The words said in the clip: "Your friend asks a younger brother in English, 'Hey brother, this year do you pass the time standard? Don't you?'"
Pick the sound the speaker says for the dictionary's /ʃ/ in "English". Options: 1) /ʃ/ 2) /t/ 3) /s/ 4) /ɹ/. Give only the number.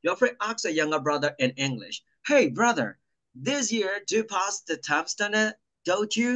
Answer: 1